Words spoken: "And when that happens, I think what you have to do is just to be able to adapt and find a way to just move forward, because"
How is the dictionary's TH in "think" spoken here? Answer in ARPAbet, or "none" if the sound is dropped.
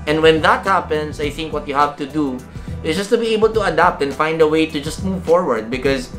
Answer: TH